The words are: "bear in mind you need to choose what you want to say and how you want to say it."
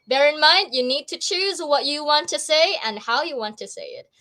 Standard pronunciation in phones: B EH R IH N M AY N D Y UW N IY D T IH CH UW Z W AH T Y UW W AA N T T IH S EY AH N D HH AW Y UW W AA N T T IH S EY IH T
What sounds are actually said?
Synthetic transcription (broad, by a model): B EH R IH N M AY N D Y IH N IY D T IH CH UW Z W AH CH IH W AA N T T IH S EY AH N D HH AW Y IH W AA N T T IH S EY IH T